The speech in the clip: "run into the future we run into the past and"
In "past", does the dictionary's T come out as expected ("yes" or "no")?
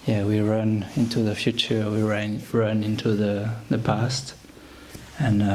yes